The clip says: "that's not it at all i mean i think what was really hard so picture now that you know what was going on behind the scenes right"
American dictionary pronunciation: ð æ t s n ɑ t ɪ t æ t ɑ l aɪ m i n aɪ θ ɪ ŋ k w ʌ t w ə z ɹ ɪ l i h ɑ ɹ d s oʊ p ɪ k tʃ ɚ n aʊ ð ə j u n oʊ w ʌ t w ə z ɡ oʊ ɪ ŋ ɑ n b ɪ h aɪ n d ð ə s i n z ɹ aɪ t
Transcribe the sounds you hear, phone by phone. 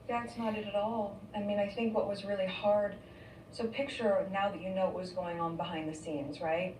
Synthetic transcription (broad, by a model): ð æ t s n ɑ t ɪ t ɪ t ɑ l aɪ m i n aɪ θ ɪ ŋ k w ʌ t w ə z ɹ ɪ l i h ɑ ɹ d s oʊ p ɪ k tʃ ɚ n aʊ ð ə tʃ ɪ n oʊ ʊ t w ə z ɡ oʊ ɪ ŋ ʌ n b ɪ h aɪ n ð ə s i n z ɹ aɪ t